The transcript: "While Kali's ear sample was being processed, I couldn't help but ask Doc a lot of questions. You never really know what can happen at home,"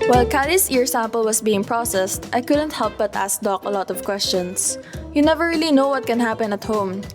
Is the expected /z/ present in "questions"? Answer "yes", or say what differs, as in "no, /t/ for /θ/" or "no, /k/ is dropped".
no, /s/ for /z/